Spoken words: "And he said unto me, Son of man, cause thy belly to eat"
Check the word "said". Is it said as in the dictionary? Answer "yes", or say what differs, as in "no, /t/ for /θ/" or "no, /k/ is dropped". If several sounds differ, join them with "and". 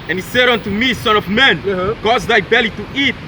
yes